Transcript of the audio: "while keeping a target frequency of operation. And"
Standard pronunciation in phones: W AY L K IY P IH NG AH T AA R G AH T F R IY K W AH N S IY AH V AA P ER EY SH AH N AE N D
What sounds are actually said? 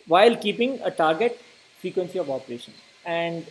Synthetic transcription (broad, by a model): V AY L K IY P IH NG AH T AA R G AH T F R IY K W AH N S IY AH V AA P ER EY SH AH N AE N D